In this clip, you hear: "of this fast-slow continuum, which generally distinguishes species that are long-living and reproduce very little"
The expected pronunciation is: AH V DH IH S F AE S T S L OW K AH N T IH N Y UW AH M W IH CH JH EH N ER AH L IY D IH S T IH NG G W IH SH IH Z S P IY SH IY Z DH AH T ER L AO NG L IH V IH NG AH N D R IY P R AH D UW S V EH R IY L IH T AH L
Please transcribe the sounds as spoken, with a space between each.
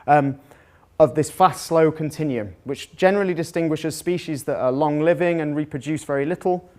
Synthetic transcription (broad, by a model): AH V DH IH S F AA S T S L OW K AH N T IH N Y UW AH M W IH CH JH EH N ER AH L IY D IH S T IH NG G W IH SH IH Z S P IY SH IY Z DH AH T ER L AO NG L IH V IH NG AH N R IY P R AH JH UW S V EH R IY L IH T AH L